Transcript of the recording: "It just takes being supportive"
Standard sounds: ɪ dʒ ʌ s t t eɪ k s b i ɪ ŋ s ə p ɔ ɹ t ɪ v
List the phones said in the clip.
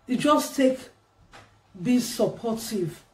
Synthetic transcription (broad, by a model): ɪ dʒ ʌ s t t eɪ k b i s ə p ɔ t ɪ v